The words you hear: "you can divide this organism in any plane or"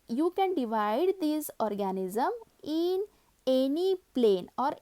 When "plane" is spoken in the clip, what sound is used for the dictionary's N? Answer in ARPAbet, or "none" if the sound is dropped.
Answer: N